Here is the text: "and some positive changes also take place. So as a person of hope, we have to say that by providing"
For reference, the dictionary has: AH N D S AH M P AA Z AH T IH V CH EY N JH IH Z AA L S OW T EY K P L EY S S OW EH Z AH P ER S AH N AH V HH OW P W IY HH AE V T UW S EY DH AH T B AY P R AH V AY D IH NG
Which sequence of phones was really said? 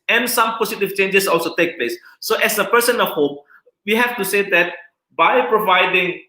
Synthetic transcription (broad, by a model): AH N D S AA M P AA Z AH T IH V CH EY N JH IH S AA L S OW T EY K P L EY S S OW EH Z AH P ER S AH N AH HH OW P W IY HH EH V T UW S EY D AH T B AY P R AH V AY D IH NG